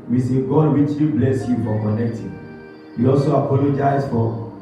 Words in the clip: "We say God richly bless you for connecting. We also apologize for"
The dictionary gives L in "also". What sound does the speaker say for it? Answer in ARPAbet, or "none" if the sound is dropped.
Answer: L